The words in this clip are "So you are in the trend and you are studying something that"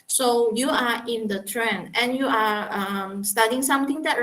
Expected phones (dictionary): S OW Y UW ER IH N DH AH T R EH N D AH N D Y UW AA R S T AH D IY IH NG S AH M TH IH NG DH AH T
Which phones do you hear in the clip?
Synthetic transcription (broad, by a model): S OW Y UW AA IH N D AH T R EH N AH N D Y UW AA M S T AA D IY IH NG S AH M T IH NG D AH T